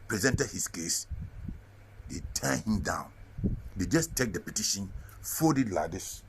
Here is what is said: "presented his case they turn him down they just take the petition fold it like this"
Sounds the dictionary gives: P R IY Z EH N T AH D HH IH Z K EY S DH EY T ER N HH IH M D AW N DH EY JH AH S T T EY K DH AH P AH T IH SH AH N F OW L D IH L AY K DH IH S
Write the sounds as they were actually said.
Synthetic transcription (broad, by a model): P R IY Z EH N T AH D HH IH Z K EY S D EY T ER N HH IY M D AW N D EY JH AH S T T EY K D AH P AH T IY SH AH N F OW D IH L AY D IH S